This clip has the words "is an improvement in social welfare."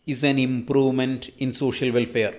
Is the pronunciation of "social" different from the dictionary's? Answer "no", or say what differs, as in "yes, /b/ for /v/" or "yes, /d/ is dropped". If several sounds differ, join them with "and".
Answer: no